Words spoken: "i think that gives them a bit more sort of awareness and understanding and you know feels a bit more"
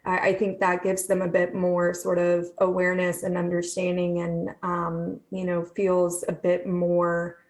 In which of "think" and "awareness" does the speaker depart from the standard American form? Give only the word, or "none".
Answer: none